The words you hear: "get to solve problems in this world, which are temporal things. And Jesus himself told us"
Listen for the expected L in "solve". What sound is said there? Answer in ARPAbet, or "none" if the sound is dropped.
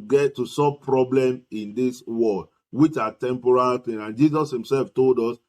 none